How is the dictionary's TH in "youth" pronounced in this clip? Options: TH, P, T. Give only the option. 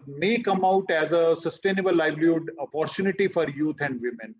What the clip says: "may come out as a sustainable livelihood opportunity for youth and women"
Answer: T